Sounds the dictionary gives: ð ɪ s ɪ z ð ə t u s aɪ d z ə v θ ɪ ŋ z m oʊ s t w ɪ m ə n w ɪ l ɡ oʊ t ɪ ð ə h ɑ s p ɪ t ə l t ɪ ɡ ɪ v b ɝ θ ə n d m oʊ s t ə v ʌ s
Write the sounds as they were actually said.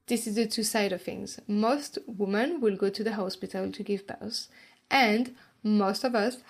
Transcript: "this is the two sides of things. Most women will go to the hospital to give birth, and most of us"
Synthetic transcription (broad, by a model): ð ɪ s ɪ z ð ə t u s aɪ d ə v θ ɪ ŋ z m oʊ s t w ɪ m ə n w ɪ l ɡ oʊ t ɪ ð ə h ɑ s p ɪ t ə l t ɪ ɡ ɪ v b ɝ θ ə n d m oʊ s t ə v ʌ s